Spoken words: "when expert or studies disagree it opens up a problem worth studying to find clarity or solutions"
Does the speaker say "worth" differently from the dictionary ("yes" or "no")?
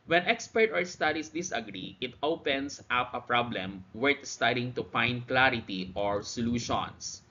yes